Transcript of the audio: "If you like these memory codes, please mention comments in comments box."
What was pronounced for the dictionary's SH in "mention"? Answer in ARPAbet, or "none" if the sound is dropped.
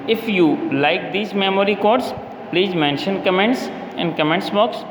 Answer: SH